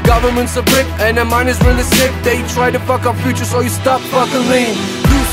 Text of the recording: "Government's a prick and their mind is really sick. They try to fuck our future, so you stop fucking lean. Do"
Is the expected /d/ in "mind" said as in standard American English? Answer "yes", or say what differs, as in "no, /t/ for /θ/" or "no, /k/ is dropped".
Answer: no, /d/ is dropped